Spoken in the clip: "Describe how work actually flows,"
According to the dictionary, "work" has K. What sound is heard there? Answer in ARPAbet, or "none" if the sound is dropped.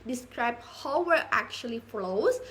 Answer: none